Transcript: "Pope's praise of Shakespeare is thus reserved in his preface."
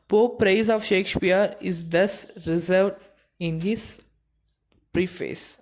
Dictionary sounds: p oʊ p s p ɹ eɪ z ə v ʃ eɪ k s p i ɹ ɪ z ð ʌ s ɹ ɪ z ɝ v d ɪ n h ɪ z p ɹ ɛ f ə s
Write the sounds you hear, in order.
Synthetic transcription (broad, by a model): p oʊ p p ɹ eɪ z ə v ʃ eɪ k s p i ɹ ɪ z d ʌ s ɹ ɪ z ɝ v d ɪ n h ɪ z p ɹ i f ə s